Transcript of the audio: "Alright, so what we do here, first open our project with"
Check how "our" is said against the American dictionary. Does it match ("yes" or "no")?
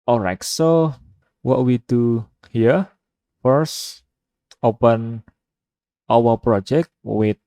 no